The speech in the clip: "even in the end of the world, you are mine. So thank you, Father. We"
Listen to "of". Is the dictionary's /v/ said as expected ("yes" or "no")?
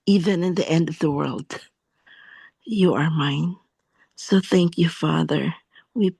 yes